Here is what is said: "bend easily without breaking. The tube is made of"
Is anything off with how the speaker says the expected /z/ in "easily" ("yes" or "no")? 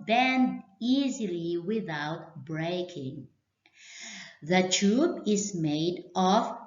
no